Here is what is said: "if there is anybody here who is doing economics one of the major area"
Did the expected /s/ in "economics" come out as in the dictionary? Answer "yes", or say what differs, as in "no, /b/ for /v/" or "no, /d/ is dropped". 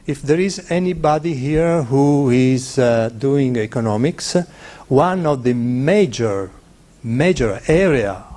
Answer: yes